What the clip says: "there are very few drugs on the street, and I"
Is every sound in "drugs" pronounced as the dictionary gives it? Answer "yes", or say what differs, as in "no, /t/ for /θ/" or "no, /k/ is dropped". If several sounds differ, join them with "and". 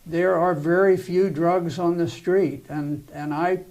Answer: yes